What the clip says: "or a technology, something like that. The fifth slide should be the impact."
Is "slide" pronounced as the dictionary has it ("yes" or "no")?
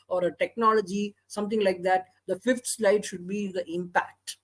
yes